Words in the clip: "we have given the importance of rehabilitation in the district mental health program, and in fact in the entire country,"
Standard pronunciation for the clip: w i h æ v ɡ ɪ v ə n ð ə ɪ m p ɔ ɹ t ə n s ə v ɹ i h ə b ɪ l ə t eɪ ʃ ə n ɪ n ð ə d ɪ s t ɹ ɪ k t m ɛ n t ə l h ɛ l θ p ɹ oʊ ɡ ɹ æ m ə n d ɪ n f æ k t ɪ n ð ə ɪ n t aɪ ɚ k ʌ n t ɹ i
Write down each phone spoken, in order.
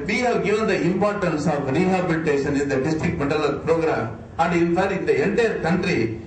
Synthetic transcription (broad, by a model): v i h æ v ɡ ɪ v ə n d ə ɪ m p ɔ ɹ t ə n s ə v ɹ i h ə b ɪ l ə t eɪ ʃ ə n ɪ n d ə d ɪ s t ɹ ɪ k t m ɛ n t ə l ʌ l p ɹ oʊ ɡ ɹ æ m ə n d ɪ n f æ t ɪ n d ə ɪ n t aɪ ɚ k ʌ n t ɹ i